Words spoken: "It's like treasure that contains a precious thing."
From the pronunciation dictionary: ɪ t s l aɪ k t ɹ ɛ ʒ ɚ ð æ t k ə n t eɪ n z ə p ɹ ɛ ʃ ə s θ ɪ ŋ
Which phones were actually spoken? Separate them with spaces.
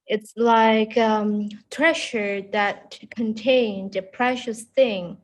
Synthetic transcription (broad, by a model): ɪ t s l aɪ k t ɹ ɛ ʃ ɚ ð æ t k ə n t eɪ n ə p ɹ ɛ ʃ ə s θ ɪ ŋ